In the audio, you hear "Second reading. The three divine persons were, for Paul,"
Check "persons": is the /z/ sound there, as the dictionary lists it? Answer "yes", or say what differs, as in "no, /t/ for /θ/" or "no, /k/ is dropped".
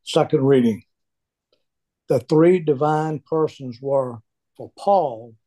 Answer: yes